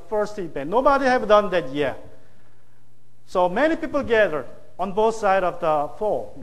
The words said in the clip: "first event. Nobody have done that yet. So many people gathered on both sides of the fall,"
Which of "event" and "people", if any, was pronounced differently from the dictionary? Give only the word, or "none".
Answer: event